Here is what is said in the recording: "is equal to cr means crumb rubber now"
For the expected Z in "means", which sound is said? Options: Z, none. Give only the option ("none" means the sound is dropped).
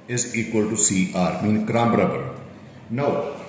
none